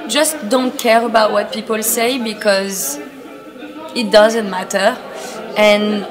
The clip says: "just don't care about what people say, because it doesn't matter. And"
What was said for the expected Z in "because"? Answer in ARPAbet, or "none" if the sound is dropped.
Z